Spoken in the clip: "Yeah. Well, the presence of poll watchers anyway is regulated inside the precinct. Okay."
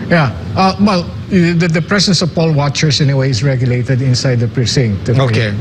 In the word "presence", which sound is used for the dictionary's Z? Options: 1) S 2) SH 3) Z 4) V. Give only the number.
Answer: 1